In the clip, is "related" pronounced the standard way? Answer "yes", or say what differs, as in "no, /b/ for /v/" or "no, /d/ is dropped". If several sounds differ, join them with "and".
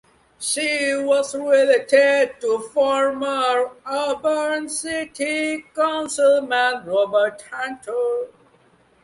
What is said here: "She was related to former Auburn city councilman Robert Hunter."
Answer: yes